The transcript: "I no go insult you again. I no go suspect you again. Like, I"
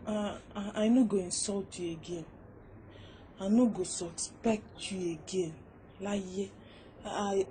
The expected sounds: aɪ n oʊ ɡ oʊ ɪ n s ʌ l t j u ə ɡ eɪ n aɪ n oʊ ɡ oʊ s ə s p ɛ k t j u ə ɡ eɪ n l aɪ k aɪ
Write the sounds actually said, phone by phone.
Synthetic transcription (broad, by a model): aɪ n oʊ ɡ oʊ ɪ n s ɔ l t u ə ɡ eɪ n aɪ n oʊ ɡ oʊ s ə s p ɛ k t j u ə ɡ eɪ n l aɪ ɛ